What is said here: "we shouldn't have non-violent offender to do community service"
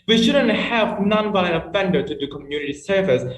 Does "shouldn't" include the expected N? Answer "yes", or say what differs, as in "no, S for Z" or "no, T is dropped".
yes